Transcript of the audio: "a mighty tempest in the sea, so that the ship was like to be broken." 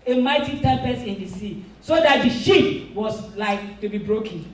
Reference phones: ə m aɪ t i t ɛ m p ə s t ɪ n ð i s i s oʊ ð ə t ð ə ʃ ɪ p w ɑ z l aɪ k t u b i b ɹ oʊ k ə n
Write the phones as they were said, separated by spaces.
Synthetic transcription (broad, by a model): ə m aɪ t i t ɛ p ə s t ɪ n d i s i s oʊ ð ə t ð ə ʃ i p w ɑ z l aɪ k t u b i b ɹ oʊ k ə n